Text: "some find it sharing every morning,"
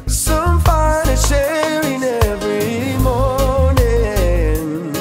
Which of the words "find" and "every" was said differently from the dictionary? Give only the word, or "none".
find